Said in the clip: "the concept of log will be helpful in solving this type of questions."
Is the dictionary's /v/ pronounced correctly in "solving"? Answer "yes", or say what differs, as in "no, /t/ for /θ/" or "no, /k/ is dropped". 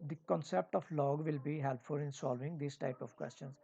yes